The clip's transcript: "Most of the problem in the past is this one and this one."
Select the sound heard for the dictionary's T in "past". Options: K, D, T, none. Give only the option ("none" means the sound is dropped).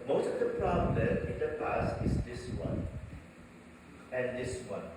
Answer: none